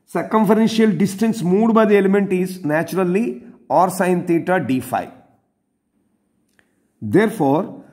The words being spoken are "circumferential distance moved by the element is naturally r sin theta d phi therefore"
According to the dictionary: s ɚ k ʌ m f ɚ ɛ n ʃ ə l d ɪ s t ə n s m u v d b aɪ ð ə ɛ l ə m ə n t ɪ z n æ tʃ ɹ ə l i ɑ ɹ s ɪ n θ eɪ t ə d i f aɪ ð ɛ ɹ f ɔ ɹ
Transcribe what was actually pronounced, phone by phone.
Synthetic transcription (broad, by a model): s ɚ k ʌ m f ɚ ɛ n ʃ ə l d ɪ s t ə n s m u d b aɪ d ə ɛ l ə m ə n t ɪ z n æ tʃ ɹ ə l i ɑ ɹ s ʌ n t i t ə d i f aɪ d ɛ ɹ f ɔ ɹ